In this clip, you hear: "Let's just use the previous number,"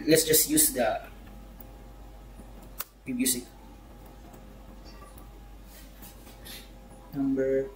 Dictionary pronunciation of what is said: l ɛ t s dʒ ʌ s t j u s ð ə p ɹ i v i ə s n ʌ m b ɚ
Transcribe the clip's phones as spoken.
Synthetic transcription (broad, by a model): l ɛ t s dʒ ʌ s t j u s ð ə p i b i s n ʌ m b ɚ